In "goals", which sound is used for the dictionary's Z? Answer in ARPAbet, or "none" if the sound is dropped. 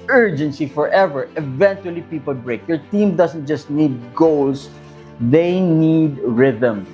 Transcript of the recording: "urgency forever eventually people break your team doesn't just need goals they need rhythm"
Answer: S